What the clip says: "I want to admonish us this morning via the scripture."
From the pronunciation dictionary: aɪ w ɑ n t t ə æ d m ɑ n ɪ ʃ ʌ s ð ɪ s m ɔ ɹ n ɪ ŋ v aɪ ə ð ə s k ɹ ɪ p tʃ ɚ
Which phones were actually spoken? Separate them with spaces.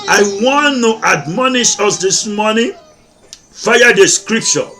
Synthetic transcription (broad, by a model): aɪ w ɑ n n t æ d m ɑ n ɪ ʃ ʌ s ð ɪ s m ɔ n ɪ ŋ f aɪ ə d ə s k ɹ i p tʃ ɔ